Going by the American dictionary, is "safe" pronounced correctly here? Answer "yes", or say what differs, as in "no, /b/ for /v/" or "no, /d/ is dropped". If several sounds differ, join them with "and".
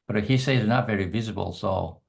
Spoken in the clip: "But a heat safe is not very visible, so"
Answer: no, /f/ is dropped